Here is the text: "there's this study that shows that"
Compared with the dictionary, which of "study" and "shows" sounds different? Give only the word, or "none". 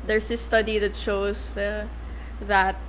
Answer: shows